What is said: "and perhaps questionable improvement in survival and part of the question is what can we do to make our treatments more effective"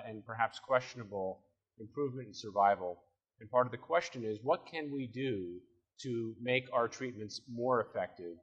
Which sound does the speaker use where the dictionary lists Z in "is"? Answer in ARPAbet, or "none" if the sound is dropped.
Z